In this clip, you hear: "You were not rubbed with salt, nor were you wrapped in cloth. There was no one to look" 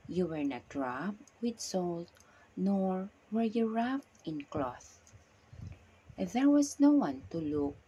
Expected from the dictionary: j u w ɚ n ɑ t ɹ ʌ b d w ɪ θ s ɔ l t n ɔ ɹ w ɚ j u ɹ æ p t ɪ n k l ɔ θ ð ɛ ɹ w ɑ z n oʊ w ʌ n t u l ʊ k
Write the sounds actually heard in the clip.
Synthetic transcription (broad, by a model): j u w ɚ n ɑ t ɹ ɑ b w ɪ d s ɔ l t n ɔ ɹ w ɚ j u ɹ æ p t ɪ n k l ɔ θ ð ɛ ɹ w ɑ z n oʊ w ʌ n t u l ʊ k